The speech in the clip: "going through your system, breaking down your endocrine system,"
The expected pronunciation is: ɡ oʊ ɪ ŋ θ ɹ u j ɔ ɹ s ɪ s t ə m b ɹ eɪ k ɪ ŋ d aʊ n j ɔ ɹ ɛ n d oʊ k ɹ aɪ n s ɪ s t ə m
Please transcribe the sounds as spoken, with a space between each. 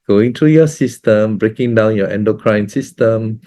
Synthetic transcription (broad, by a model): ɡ oʊ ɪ ŋ t ɹ u j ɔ s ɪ s t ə m b ɹ eɪ k ɪ ŋ d aʊ n j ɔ ɛ n d oʊ k ɹ aɪ n s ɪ s t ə m